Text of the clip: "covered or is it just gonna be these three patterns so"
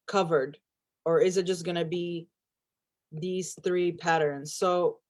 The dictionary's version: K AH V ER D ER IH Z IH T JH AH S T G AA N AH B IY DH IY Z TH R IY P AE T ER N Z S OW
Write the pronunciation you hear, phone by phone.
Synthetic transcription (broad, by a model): K AH V ER D ER IH Z IH T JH AH S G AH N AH B IY DH IY Z TH R IY P AE T ER N Z S OW